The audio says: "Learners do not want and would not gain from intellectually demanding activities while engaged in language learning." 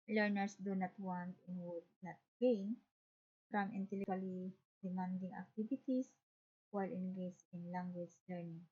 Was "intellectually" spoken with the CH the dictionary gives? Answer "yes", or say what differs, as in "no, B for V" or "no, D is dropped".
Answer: no, CH is dropped